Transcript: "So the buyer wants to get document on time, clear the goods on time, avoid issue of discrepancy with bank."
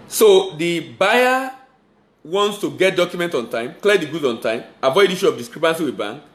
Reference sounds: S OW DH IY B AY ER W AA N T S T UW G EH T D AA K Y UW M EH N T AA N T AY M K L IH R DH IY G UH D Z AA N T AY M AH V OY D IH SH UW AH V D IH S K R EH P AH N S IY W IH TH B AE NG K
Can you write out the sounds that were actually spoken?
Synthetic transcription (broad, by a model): S OW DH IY B AY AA W AA N T S T UW G EH T D AA K Y UW M EH N T AA N T AY M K L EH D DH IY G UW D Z AA N T AY M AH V OY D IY SH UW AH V D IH S K R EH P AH N S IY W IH B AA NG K